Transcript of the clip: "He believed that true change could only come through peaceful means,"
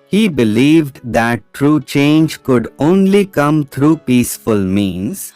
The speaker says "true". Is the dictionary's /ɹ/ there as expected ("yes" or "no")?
yes